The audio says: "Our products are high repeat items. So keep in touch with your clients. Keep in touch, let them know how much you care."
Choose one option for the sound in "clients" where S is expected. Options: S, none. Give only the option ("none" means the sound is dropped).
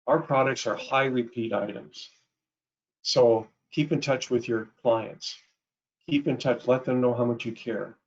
S